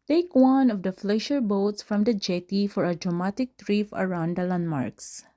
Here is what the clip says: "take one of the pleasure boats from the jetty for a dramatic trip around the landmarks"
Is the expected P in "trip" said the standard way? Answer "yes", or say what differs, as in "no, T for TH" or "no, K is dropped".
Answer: no, F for P